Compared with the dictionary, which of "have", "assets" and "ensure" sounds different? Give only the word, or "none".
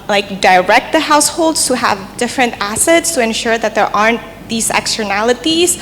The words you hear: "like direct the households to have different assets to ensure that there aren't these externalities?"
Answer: none